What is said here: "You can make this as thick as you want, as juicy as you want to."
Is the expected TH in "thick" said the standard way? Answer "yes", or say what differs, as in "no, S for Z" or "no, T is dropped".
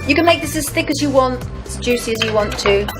yes